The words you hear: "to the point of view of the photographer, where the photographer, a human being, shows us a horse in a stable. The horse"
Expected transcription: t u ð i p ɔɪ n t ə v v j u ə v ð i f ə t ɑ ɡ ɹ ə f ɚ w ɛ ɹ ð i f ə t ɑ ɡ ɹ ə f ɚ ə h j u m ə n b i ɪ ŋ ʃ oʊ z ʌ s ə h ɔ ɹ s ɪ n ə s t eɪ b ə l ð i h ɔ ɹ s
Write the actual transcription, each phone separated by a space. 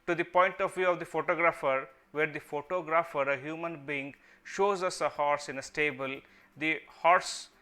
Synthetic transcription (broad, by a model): t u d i p ɔɪ n t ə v v j u ə v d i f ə t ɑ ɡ ɹ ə f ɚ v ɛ ɹ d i f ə t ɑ ɡ ɹ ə f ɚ ə h j u m ə n b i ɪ ŋ ʃ oʊ z ʌ s ə h ɔ ɹ s ɪ n ə s t eɪ b ə l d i h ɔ ɹ s